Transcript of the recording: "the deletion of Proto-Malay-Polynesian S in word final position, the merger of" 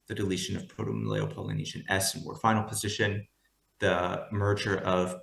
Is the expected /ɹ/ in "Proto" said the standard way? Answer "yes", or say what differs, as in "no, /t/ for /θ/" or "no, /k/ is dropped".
no, /ɹ/ is dropped